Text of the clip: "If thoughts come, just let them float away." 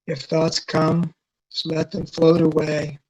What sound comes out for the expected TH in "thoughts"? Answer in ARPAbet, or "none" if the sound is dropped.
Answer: TH